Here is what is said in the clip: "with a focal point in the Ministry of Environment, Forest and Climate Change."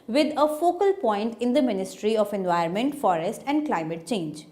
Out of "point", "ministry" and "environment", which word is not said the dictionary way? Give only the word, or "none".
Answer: environment